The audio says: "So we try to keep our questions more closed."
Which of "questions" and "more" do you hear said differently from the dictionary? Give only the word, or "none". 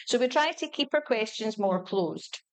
none